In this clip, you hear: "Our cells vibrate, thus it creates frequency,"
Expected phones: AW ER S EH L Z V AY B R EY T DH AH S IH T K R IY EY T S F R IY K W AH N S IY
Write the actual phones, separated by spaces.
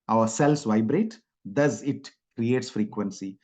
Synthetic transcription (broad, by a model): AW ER S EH L S V AY B R EY T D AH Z IH T K R IY EY T S F R IY K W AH N S IY